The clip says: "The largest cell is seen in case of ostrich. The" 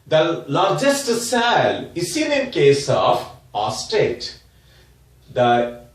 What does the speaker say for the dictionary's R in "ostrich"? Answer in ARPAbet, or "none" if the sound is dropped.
none